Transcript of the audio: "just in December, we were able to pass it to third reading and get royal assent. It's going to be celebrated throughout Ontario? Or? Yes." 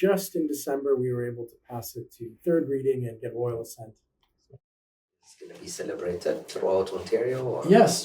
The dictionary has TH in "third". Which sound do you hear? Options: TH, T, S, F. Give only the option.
TH